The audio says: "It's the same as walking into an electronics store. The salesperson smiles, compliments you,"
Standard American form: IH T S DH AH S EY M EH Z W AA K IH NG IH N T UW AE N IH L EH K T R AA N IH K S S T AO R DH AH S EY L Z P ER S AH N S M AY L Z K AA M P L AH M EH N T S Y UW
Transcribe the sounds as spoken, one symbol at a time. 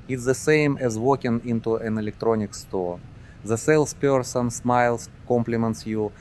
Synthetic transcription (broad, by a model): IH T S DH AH S EY M EH Z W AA K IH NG IH N T UW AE N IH L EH K T R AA N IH K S S T AO R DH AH S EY L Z P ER S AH N S M AY L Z K AA M P L AH M EH N T S Y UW